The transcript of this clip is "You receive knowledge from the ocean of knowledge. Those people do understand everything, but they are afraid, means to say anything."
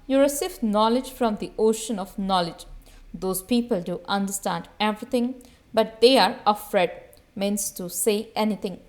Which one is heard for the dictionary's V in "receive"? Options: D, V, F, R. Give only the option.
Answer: F